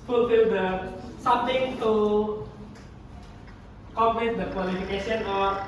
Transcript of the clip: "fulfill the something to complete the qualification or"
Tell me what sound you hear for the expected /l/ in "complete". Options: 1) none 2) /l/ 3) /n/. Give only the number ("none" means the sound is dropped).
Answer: 3